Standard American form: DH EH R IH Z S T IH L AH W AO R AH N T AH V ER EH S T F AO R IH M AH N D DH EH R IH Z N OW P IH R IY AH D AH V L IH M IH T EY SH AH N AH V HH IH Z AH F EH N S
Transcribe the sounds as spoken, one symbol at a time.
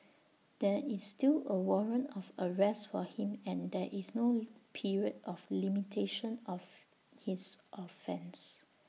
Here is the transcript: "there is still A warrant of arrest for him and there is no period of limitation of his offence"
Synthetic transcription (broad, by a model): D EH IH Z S T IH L AH W AO R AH N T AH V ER EH S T F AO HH IH M AH N D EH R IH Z N OW P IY R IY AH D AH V L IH M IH T EY SH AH N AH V HH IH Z AH F EH N S